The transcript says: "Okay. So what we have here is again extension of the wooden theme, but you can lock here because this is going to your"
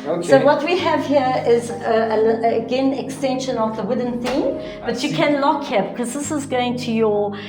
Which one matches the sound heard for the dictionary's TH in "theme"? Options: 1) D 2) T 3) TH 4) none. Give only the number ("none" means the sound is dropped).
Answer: 3